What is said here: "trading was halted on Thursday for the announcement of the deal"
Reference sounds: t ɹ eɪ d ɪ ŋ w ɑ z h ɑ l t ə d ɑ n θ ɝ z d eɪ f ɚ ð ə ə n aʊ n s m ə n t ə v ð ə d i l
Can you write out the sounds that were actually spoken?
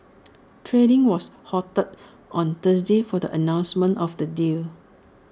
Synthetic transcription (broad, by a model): t ɹ eɪ d ɪ ŋ w ɑ s h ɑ t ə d ɑ n t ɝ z d eɪ f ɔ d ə ə n aʊ n s m ə n t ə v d ə d i l